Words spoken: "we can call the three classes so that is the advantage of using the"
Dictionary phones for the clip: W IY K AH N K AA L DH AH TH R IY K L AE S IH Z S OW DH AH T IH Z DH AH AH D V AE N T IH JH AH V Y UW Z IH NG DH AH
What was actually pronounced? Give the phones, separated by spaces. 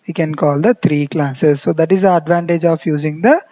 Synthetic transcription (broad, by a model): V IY K AH N K AA L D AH T R IY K L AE S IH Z S OW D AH T IH Z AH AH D V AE N T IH JH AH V Y UW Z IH NG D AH